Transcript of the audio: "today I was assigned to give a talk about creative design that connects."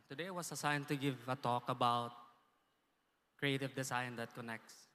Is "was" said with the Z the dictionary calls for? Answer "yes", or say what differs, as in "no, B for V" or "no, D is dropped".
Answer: no, S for Z